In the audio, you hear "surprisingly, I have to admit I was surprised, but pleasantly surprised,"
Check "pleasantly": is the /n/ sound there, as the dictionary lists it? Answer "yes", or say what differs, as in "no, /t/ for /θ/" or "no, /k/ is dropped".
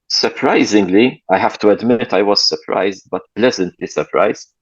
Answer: yes